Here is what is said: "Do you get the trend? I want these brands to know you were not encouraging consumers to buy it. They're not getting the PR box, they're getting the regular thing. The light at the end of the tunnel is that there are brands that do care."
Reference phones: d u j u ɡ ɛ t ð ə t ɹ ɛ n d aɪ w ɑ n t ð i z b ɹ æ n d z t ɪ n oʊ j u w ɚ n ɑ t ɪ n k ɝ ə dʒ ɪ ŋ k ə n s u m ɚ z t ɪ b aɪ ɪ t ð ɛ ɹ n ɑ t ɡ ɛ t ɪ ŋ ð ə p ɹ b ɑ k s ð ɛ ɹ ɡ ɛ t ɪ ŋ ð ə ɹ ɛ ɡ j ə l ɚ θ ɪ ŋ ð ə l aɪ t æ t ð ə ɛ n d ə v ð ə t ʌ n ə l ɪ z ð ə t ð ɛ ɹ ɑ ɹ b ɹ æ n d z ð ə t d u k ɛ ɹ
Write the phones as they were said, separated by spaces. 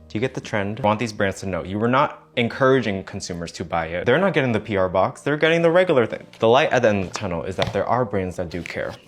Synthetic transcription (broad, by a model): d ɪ j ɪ ɡ ɛ t ð ə t ɹ ɛ n d w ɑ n ð i z b ɹ æ n d z t ɪ n oʊ j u w ɚ n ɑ t ɪ n k ɝ ə dʒ ɪ ŋ k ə n s u m ɚ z t ɪ b aɪ ɪ t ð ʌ ɹ n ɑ t ɡ ɛ t ɪ ŋ ð ə p ɹ b ɑ k s ð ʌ ɹ ɡ ɛ t ɪ ŋ ð ə ɹ ɛ ɡ j l ɚ θ ɪ ŋ ð ə l aɪ t t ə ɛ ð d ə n ð ə t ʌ n l ɪ z ð ə t ð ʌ ɹ ɑ ɹ b ɹ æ n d z ð ə t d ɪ k ɛ ɹ